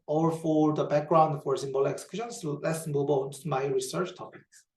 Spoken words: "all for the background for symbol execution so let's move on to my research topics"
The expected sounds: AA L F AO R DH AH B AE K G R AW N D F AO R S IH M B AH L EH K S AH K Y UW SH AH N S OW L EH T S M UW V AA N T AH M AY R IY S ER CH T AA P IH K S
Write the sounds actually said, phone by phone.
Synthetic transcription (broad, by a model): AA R F AO R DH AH B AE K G R AW N D F AO R S IH M B AH L EH K S AH K Y UW SH AH N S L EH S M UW B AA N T M AY R IY S ER CH T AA P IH K S